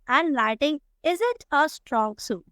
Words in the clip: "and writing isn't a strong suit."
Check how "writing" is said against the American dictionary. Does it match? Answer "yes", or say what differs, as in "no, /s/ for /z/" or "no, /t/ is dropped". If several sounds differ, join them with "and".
no, /l/ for /ɹ/